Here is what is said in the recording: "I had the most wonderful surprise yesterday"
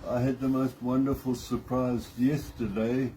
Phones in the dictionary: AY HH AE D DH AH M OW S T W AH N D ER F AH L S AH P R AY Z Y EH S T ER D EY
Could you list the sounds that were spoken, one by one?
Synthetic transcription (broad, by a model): AY HH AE D DH AH M OW S T W AH N D ER F AH L S AH P R AY Z Y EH S T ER D EY